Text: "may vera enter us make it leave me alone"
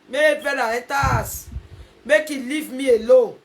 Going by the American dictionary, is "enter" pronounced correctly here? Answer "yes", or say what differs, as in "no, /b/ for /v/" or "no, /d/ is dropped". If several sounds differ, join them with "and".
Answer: no, /n/ is dropped